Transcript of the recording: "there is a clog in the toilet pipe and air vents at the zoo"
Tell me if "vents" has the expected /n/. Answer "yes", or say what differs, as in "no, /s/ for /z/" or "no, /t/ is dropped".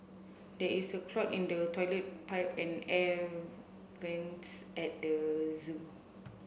yes